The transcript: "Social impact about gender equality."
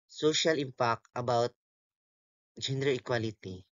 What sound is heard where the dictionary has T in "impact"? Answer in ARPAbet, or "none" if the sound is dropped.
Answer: none